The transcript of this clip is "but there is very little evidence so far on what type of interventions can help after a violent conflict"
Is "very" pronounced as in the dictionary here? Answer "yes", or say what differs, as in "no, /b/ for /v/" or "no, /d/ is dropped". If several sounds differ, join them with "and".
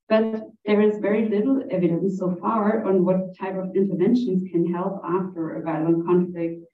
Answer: yes